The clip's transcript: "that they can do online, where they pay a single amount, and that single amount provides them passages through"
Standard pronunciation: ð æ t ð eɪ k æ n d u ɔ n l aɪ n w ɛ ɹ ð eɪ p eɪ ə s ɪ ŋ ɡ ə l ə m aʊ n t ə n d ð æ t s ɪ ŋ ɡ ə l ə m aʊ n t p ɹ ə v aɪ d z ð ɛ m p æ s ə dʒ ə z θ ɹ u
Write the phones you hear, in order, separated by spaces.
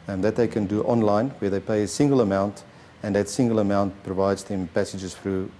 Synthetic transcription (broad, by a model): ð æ t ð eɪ k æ n d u ɔ n l aɪ n w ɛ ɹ ð eɪ p eɪ ə s ɪ ŋ ɡ ə l ə m aʊ n t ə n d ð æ t s ɪ ŋ ɡ ə l ə m aʊ n t p ɹ ə v aɪ d z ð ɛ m p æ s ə dʒ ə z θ ɹ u